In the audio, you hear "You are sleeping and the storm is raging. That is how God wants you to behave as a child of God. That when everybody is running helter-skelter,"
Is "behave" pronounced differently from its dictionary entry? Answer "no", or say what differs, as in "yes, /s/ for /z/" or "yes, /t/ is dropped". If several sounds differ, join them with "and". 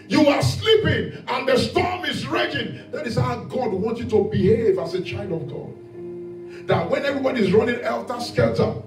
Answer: no